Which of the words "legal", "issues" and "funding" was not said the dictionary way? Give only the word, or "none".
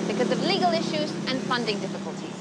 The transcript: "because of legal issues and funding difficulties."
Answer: none